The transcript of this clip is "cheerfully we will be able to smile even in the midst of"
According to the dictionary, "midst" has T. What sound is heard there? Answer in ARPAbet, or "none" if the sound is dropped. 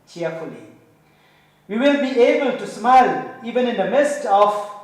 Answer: T